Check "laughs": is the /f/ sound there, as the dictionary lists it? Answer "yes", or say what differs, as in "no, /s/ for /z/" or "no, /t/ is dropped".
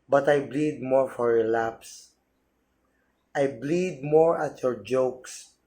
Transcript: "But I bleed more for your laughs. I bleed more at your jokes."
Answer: no, /p/ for /f/